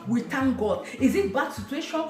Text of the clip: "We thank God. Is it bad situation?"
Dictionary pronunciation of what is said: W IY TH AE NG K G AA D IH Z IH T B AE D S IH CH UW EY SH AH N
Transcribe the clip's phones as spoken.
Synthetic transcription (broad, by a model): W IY T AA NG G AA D IH Z IH T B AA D S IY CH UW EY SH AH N